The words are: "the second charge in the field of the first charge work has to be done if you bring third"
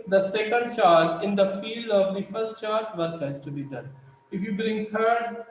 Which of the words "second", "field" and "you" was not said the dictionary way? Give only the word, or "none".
none